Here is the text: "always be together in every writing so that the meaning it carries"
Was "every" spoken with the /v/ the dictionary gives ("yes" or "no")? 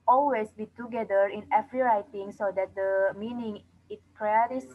no